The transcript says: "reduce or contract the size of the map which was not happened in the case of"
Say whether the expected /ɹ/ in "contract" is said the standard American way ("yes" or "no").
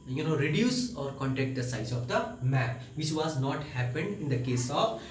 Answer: no